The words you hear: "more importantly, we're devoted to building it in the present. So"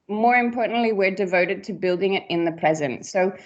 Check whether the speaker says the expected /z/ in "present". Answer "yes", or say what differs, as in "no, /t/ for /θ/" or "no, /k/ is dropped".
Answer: yes